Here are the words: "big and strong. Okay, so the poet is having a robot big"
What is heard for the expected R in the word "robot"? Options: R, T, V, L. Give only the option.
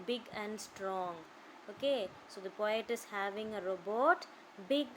R